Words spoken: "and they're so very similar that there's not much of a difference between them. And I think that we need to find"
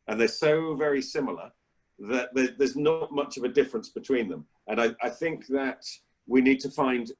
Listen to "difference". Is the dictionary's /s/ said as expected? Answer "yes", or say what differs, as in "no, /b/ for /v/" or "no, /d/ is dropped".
yes